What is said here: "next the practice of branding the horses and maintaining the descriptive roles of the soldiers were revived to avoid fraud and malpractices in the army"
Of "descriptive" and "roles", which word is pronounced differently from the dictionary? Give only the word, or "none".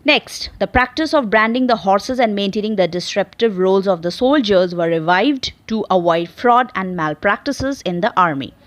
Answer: descriptive